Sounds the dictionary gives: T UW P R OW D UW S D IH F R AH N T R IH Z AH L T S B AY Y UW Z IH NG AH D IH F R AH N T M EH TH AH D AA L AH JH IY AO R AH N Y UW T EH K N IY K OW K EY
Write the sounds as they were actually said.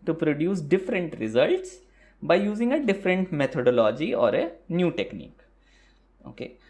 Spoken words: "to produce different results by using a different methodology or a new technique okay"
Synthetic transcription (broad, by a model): T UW P R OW D UW S D IH F R AH N T R IH Z AH L T S B AY Y UW Z IH NG AH D IH F R AH N T M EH T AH D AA L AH JH IY AO R AH N Y UW T EH K N IY K OW K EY